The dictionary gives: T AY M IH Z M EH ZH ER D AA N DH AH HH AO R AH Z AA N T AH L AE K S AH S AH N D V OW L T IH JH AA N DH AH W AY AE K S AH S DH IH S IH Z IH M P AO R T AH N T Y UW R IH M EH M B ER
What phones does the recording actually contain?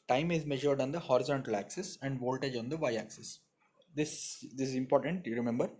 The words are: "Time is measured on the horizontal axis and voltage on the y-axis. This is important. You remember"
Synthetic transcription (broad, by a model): T AY M IH Z M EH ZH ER D AA N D AH HH AO R AH Z AA N T AH L AE K S AH S AH N D V OW L T IH JH AA N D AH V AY AE K S AH S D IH S IH Z IH M P AO R T AH N T Y UW R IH M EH M B ER